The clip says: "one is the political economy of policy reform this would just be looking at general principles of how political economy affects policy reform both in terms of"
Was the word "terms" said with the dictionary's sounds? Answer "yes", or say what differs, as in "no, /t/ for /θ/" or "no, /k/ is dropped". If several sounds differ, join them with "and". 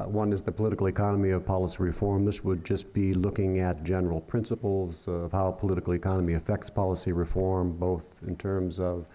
yes